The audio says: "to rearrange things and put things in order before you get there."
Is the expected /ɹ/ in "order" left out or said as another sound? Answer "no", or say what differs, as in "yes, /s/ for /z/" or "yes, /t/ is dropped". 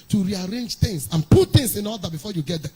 yes, /l/ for /ɹ/